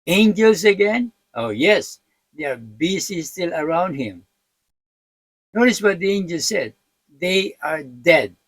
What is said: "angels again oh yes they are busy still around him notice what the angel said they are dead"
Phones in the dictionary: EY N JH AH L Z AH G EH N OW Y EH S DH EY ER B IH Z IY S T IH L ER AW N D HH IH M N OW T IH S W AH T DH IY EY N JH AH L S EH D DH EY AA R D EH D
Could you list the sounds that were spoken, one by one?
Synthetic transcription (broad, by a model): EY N JH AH L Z AH G EH N OW Y EH S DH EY ER B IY S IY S T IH L ER AW N D HH IH M N OW T IH S W AH T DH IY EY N JH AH L S EH D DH EY AA R D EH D